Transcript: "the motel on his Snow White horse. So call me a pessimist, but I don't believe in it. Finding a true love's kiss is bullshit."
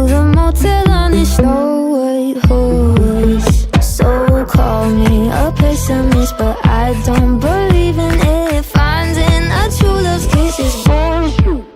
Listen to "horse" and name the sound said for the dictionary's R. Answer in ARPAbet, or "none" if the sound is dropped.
W